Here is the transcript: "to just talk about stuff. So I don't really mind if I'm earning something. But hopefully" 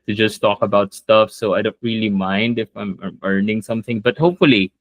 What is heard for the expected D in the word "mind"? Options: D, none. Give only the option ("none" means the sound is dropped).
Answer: D